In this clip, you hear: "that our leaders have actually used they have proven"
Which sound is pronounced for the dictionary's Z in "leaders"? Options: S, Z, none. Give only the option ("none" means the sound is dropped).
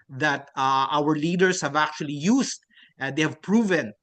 S